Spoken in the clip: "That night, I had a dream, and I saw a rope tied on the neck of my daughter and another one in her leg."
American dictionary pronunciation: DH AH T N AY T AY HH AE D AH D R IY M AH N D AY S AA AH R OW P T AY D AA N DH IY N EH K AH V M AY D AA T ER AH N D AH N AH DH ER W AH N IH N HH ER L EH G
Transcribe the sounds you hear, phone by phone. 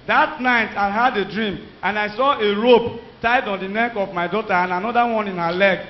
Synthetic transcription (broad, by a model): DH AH T N AY T AY HH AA D AH D R IY M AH N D AY S AA AH R OW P T AY D AA N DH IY N EH K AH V M AY D AA T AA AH N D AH N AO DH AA W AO N IH N HH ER L EH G